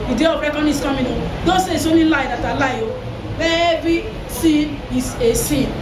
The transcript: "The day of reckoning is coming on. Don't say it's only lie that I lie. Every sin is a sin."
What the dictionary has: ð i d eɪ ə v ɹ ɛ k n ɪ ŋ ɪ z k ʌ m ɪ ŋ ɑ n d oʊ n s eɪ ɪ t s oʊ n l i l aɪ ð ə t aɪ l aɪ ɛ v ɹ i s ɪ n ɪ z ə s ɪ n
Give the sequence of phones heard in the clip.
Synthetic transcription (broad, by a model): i d eɪ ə b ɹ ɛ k ɪ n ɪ s k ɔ m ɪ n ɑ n d oʊ n s eɪ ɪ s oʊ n i l aɪ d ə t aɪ l aɪ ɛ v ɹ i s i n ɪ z ə s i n